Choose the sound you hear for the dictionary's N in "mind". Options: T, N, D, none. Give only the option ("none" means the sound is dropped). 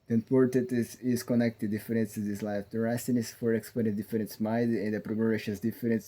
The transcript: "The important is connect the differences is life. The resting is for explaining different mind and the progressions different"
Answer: none